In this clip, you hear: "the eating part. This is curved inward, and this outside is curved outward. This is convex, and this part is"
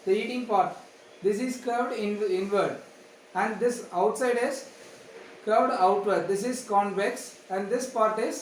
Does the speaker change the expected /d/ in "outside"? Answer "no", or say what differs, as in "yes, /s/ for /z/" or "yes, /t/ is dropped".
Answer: no